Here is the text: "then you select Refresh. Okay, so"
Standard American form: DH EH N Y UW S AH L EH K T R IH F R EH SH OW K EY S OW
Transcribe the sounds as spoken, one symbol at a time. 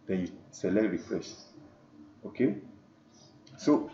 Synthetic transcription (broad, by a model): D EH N Y UW S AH L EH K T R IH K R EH S OW K EY S OW